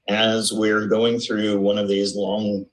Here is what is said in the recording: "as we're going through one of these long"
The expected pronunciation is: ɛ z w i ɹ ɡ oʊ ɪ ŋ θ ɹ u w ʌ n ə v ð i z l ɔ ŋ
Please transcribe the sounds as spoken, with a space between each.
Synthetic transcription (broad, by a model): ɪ z w i ɹ ɡ oʊ ɪ ŋ θ ɹ u w ʌ n ə v ð i z l ɔ ŋ